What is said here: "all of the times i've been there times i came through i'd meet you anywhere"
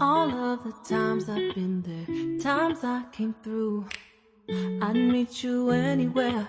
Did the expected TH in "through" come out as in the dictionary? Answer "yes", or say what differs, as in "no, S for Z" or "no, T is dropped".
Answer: yes